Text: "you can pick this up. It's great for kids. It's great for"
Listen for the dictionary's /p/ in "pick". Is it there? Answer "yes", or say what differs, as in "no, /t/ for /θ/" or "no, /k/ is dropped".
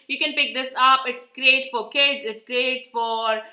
yes